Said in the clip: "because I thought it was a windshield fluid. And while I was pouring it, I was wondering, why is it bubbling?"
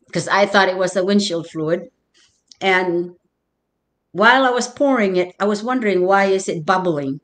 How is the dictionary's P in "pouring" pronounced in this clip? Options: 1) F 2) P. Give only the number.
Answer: 2